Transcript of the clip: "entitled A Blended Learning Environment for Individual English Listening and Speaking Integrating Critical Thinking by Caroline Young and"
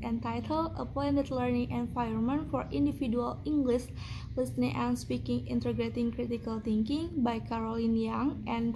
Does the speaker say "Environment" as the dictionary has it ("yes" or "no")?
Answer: no